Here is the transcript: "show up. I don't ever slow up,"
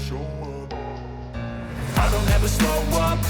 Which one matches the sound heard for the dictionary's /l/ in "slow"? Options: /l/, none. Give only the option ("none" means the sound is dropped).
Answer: none